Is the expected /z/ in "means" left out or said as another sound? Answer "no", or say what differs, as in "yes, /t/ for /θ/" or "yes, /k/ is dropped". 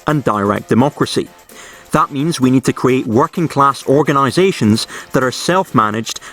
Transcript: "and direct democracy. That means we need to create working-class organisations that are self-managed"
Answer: no